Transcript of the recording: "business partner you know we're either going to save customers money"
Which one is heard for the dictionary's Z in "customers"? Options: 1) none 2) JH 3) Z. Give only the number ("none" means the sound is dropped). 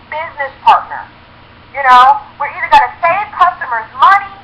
3